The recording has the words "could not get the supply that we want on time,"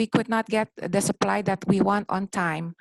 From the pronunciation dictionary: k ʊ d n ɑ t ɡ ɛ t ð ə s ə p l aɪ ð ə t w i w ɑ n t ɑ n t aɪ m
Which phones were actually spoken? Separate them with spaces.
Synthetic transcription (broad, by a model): k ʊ d n ɑ t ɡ ɛ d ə s ə p l aɪ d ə t w i w ɑ n t ɑ n t aɪ m